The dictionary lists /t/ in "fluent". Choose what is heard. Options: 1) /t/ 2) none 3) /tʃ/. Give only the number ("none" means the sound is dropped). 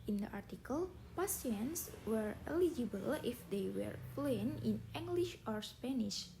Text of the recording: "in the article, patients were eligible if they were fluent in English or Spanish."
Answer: 2